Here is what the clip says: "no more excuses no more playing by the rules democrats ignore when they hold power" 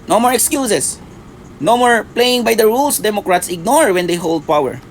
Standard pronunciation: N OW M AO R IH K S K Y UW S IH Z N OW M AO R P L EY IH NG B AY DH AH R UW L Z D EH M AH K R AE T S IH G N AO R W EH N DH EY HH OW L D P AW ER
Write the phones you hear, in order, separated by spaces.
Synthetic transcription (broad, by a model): N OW M AO R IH K S K Y UW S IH S N OW M AO R P L EY IH NG B AY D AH R UW L S D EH M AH K R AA T S IH G N AO R W EH N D EY HH OW L D P AW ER